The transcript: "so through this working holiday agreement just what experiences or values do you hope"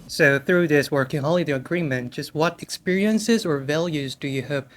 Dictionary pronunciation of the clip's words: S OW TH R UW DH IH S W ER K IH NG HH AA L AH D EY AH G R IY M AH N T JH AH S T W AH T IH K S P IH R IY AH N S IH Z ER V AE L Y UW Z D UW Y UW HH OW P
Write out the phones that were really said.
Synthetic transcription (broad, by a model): S OW TH R UW DH IH S W ER K IH NG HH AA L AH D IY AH G R IY M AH N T JH AH S T W AH T IH K S P IH R IY AH N S IH Z ER V AE L Y UW Z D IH Y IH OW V